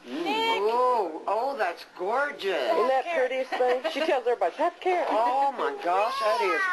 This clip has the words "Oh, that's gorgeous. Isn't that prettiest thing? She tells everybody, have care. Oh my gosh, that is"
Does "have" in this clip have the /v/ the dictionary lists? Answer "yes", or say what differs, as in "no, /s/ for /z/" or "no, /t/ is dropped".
no, /p/ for /v/